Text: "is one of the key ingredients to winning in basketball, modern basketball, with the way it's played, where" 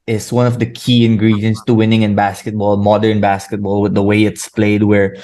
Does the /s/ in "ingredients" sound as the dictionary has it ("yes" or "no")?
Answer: yes